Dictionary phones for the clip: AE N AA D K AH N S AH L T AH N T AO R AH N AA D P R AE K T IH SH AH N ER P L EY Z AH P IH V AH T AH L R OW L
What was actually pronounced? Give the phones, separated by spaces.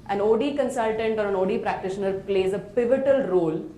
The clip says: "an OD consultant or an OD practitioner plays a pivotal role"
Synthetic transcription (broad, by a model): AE N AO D K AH N S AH L T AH N T AO R AH N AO D P R AE K T IH SH AH N ER P L EY Z AH P IH V AH T AH L R OW L